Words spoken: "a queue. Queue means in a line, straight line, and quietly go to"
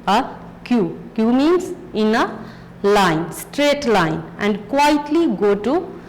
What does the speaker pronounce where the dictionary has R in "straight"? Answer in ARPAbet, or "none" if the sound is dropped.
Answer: R